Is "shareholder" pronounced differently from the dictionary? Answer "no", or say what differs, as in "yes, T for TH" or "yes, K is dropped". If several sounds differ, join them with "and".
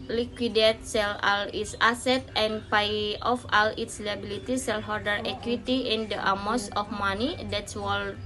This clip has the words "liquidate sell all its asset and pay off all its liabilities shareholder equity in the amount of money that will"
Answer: yes, L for R